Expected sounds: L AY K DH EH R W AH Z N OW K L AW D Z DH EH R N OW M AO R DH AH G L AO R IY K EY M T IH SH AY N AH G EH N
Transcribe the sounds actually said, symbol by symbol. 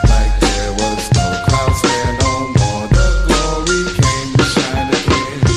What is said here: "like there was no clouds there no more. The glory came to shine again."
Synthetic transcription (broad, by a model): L AY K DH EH R W AH Z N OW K AW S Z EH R N OW M AO R DH AH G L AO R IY K EY M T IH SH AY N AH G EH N